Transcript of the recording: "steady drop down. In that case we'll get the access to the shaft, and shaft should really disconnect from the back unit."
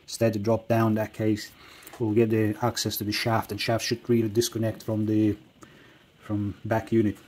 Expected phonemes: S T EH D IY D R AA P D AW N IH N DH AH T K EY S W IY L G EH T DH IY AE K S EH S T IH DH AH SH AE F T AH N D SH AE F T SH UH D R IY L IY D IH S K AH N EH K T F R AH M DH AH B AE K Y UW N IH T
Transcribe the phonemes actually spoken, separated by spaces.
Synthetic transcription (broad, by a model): S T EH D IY D R AA P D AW IH N DH AH T K EY S W IY L G EH T DH IY AE K S EH S T IH DH AH SH AE F T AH N SH AE F T SH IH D R IY L IY D IH S K AH N EH K T F R AH M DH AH B AE K Y UW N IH T